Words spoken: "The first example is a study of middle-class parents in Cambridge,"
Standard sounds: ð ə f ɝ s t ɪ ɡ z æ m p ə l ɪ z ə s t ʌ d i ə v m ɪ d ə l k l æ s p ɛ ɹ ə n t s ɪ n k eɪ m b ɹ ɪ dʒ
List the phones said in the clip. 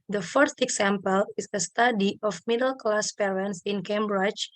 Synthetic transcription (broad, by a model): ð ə f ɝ t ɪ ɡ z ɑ m p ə l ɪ s ə s t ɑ d i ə f m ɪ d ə l k l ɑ s p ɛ ɹ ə n s ɪ n k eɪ m b ɹ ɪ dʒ